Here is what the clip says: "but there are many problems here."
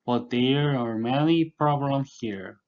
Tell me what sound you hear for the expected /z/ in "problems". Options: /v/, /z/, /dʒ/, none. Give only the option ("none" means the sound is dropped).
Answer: none